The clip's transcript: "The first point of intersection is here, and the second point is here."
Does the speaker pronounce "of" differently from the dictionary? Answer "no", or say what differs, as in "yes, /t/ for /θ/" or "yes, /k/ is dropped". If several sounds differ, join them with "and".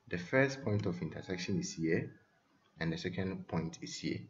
yes, /f/ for /v/